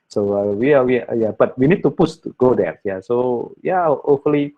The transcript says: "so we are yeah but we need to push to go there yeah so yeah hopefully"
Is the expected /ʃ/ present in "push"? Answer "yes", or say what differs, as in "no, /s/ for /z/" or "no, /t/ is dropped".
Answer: no, /s/ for /ʃ/